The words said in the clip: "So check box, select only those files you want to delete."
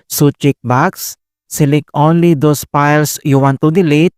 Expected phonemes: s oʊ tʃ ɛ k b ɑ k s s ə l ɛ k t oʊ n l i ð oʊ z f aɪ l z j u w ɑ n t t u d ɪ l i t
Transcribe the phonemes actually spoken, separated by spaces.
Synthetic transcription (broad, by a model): s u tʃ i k b ɑ k s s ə l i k oʊ n l i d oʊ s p aɪ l s j u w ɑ n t t u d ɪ l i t